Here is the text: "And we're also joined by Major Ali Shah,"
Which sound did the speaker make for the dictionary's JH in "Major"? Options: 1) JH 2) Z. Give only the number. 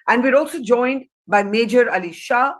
1